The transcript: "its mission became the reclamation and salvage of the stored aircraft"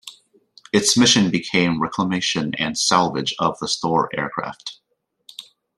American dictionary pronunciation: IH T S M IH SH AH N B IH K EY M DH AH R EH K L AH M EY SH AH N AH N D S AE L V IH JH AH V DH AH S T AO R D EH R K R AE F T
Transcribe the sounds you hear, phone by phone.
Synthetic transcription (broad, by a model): IH T S M IH SH AH N B IH K EY M R EH K L AH M EY SH AH N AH N S AE L V IH JH AH V DH AH S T AO R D EH R K R AE F T